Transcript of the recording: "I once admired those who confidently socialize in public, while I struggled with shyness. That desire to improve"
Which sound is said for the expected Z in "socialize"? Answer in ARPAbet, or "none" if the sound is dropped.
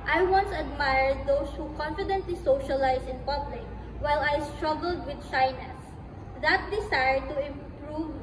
S